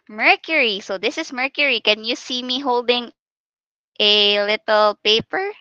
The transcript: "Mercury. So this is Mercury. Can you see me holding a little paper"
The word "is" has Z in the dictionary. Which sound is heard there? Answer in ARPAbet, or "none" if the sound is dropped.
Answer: S